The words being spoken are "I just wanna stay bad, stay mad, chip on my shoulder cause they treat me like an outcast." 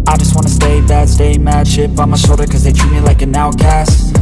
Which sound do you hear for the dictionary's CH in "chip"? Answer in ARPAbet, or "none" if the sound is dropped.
SH